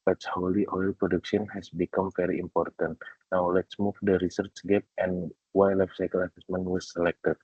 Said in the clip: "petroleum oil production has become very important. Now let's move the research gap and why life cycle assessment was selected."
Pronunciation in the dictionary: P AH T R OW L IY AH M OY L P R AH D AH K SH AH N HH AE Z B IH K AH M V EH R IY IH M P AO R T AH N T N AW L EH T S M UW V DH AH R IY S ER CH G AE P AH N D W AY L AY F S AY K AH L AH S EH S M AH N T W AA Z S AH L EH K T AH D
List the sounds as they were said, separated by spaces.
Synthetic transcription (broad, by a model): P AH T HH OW L IY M OY L P R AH D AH K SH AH N HH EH S B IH K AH M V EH R IY IH M P AO R T AH N T N AW L EH T S M UW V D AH R IY S ER CH G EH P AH N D W AY L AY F S AY K AH L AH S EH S M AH N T W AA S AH L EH K T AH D